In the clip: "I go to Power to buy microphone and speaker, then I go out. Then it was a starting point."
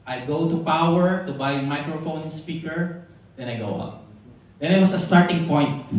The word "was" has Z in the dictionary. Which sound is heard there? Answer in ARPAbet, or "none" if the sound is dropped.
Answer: S